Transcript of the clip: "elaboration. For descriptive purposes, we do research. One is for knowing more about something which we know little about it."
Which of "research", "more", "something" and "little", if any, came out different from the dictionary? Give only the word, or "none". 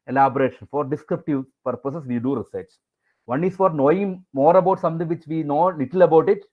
something